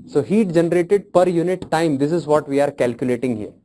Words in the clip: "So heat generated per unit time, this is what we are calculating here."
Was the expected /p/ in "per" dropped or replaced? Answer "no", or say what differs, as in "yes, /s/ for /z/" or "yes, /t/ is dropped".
no